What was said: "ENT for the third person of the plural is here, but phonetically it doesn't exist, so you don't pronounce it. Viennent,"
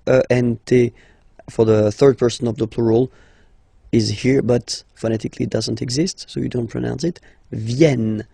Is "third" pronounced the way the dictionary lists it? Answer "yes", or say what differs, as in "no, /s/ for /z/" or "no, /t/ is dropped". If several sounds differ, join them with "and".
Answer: yes